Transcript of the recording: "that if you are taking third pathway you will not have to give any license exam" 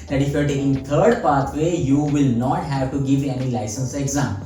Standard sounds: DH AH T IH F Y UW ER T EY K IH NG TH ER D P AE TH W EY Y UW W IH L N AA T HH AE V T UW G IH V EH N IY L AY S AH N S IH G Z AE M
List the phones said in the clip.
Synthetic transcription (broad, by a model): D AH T IH F ER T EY IH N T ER D P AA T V EY Y UW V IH L N AA T HH AE V T UW G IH V EH N IY L AY S AH N S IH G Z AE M